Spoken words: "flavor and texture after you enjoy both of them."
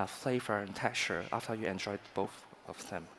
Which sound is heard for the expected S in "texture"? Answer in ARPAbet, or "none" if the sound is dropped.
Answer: none